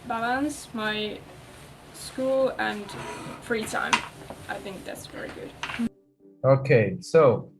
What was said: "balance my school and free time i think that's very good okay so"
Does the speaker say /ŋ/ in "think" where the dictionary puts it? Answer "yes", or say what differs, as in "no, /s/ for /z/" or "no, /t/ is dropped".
yes